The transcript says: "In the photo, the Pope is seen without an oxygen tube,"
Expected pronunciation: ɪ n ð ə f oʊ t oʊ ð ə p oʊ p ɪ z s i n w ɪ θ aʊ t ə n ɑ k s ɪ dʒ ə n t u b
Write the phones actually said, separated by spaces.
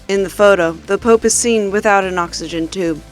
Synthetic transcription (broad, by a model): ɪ n ð ə f oʊ t oʊ ð ə p oʊ p ɪ z s i n w ɪ θ aʊ t ə n ɑ k s ɪ dʒ ə n t u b